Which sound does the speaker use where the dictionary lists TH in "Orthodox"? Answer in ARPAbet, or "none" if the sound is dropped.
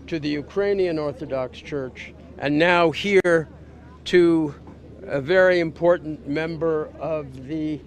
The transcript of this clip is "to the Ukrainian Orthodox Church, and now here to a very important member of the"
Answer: TH